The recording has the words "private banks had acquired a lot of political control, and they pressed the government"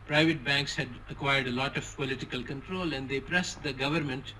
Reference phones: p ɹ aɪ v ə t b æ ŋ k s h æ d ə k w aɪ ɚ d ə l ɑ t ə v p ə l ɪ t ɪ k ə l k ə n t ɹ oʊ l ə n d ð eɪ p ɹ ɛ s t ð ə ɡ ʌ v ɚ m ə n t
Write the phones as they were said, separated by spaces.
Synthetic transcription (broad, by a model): p ɹ aɪ v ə t b æ ŋ k s h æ d ə k w aɪ ɚ d ə l ɑ t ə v p ə l ɪ t ɪ k ə l k ə n t ɹ oʊ l ə n d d eɪ p ɹ ɛ s t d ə ɡ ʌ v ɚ m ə n t